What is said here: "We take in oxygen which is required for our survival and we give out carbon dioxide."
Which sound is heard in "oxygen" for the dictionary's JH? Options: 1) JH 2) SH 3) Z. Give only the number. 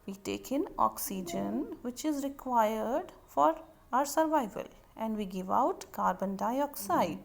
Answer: 1